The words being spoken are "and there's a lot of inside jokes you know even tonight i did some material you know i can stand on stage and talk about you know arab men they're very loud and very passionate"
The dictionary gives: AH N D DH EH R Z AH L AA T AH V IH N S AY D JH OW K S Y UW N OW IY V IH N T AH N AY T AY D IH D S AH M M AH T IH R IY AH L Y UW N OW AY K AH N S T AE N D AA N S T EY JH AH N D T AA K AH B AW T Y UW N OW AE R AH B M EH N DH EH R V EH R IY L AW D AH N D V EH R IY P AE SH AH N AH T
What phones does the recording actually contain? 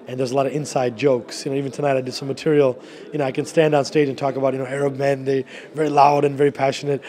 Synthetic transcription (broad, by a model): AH N DH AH R Z AH L AA T AH V IH N S AY D JH OW K S Y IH N OW IY V IH N T AH N AY T AY D IH D S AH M M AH T IH R IY L Y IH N OW AY K AH N S T AE N D AA N S T EY JH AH N T AA K AH B AW T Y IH N OW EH R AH B M EH N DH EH V EH R IY L AW D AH N V EH R IY P AE SH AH N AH T